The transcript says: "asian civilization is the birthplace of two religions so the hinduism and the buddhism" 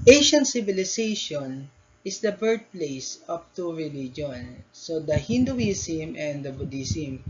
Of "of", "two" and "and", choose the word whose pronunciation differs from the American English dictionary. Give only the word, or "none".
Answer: of